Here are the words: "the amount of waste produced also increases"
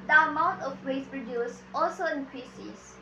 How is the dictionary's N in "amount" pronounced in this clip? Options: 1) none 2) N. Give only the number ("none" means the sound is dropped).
1